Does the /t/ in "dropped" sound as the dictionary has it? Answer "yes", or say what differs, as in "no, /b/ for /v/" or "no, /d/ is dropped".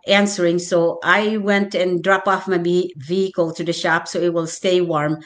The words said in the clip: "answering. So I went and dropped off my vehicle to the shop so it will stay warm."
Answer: no, /t/ is dropped